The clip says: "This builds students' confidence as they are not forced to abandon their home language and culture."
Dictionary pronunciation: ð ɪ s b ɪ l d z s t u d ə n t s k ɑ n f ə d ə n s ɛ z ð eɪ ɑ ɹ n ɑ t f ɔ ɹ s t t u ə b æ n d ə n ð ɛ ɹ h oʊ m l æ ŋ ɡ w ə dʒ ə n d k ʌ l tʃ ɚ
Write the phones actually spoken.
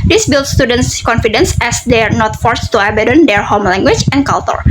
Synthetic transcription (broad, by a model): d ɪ s b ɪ l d s t u d ə n t s k ɑ n f ə d ə n s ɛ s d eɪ ɑ ɹ n ɑ t f ɔ ɹ s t t u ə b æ d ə n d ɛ ɹ h oʊ m l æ ŋ ɡ w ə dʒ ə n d k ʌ l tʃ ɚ